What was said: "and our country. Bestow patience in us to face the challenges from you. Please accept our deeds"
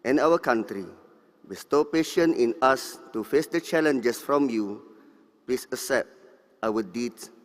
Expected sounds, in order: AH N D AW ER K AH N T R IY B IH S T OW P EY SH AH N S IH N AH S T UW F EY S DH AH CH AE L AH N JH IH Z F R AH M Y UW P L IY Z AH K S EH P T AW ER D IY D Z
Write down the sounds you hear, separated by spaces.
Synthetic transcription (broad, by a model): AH N AW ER K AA N T R IY B IH S T OW P EY SH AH N IH N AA S T UW F EY S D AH CH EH L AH N JH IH S F R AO M Y UW P L IY S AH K S EH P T AW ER D IY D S